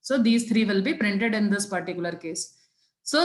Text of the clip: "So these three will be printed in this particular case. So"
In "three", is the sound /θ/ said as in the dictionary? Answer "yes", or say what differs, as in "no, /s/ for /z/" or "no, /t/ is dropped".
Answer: no, /t/ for /θ/